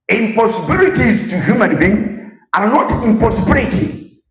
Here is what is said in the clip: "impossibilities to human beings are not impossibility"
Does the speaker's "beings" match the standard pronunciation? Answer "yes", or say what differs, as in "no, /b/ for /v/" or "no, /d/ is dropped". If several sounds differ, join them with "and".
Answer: no, /z/ is dropped